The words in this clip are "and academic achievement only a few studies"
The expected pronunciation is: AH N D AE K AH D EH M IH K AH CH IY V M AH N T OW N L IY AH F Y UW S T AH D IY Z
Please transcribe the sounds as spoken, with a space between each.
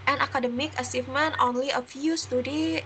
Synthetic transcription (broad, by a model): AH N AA K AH D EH M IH K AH S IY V M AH N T OW N L IY AH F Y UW S T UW D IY